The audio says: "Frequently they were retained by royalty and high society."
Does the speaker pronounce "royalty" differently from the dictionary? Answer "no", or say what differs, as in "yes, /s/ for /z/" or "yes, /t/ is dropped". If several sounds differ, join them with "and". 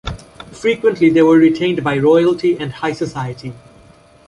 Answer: no